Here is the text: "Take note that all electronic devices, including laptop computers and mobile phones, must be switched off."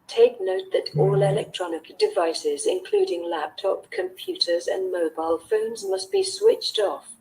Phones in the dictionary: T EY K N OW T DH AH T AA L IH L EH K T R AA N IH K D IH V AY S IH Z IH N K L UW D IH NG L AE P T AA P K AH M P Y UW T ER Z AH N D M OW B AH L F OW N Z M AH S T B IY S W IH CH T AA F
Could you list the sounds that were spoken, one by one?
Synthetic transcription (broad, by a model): T EY K N OW T DH AH T AA L IH L EH K T R AA N IH K D IH V AY S IH Z IH N K L UW D IH NG L AE P T AA P K AH M P Y UW T ER Z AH N M OW B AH L F OW N Z M AH S T B IY S W IH CH T AA F